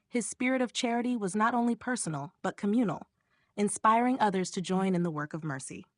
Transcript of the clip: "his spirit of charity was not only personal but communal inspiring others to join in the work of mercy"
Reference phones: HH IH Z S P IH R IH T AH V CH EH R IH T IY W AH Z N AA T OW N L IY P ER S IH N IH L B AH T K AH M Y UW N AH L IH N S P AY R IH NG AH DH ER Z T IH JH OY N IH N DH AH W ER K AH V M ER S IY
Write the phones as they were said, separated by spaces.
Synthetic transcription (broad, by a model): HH IH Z S P IH R IH T AH V CH EH R IH T IY W AH Z N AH T OW N L IY P ER S N L B AH T K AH M Y UW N L IH N S P AY R IH NG AH DH ER Z T IH JH OY N IH N DH AH W ER K AH V M ER S IY